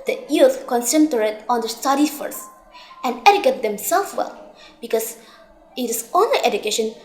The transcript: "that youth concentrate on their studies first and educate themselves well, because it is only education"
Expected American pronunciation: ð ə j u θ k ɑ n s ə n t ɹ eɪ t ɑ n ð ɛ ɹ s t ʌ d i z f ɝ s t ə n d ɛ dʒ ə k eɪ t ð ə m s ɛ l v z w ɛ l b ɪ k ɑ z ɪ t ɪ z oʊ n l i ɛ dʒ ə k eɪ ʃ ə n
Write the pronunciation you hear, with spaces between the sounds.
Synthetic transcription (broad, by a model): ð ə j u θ k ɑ n s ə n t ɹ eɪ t ɑ n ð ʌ s t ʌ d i f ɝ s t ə n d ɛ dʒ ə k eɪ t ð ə m s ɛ l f w ɛ l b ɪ k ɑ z ɪ t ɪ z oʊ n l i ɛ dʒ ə k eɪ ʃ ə n